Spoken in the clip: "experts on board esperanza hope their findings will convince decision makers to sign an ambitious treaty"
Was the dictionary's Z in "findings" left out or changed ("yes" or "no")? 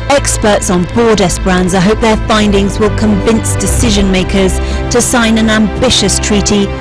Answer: no